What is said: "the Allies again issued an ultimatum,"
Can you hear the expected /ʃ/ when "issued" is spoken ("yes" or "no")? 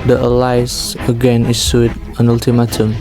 no